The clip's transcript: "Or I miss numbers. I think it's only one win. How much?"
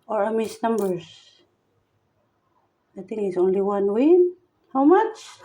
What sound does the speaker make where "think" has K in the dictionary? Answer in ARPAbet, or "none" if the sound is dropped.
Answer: none